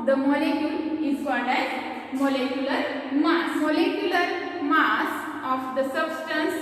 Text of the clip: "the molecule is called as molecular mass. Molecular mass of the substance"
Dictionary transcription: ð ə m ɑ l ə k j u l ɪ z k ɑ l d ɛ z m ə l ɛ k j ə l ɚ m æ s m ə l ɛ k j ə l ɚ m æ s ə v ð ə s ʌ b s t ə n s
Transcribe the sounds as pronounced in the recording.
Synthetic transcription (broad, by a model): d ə m ɑ l ə k j u l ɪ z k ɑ d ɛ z m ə l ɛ k j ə l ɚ m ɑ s m ə l ɛ k j ə l ɚ m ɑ s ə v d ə s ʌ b s t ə n s